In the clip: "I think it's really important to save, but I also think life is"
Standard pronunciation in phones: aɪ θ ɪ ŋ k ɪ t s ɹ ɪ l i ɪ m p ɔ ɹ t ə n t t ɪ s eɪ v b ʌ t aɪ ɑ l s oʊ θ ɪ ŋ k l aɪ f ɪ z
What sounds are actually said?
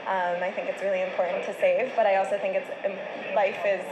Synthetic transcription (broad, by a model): aɪ θ ɪ ŋ k ɪ t s ɹ ɪ l i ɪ m p ɔ ɹ t n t t ɪ s eɪ v b ʌ t aɪ ɑ l s oʊ θ ɪ ŋ k l aɪ f ɪ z